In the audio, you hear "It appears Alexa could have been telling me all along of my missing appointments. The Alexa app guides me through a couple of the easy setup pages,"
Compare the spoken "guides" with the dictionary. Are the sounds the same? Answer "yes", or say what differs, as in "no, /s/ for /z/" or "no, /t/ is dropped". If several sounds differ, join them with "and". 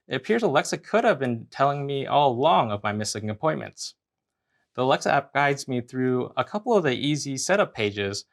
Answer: yes